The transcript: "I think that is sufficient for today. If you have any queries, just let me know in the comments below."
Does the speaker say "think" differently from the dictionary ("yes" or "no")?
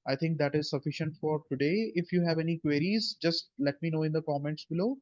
yes